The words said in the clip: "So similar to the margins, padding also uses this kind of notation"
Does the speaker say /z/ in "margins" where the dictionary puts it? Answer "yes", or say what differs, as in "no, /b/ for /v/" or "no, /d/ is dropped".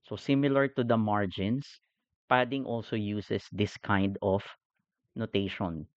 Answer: no, /s/ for /z/